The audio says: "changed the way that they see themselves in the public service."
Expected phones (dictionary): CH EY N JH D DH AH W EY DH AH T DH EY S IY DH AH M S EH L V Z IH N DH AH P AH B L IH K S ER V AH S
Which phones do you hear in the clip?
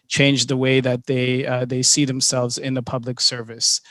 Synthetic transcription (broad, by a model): CH EY N JH DH AH W EY DH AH T DH EY S IY DH AH M S EH L V Z IH N DH AH P AH B L IH K S ER V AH S